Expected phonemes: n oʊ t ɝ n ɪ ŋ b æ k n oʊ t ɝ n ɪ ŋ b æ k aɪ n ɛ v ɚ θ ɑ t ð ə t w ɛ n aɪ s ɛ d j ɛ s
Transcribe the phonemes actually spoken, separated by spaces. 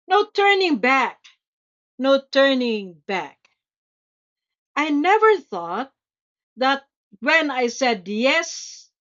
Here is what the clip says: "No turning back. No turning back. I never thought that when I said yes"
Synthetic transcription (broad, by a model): n oʊ t ɝ n ɪ ŋ b æ k n oʊ t ɝ n ɪ ŋ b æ k aɪ n ɛ v ɚ θ ɑ t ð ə t w ɛ n aɪ s ɛ d j ɛ s